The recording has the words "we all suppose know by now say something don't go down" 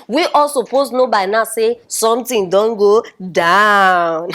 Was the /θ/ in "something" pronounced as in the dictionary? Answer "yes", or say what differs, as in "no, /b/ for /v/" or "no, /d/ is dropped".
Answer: no, /t/ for /θ/